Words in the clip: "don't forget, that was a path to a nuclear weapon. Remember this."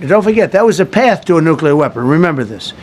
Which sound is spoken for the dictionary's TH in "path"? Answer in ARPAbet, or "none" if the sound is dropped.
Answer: TH